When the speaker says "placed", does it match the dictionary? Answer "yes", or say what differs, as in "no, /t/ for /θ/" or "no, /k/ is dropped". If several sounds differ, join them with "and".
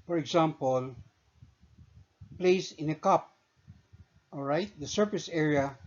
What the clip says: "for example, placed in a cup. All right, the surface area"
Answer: no, /t/ is dropped